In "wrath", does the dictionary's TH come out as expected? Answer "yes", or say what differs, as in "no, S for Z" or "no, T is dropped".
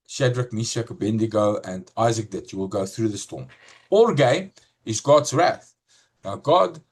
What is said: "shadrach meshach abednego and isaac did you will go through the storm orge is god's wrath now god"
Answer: yes